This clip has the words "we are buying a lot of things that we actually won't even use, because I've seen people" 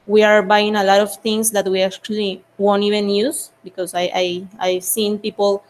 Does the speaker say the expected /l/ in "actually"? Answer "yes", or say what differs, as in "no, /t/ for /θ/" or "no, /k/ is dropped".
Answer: yes